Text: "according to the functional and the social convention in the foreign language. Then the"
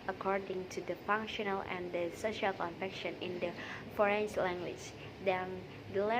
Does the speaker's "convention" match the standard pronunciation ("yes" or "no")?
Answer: no